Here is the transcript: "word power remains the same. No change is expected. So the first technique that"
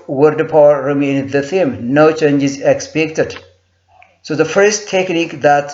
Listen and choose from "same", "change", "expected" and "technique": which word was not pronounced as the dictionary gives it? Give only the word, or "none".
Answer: same